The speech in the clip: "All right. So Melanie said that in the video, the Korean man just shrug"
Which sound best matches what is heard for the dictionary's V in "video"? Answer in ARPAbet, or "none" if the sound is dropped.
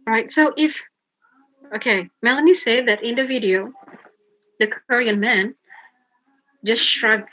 V